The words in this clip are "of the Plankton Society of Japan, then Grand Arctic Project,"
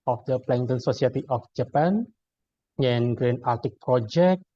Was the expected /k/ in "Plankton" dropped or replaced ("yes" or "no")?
yes